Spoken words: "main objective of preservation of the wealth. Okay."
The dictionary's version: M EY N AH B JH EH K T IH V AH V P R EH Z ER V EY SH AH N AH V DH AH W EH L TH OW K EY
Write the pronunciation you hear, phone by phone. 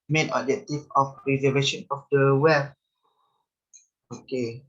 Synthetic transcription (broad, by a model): M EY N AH JH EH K T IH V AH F R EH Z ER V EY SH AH N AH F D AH W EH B OW K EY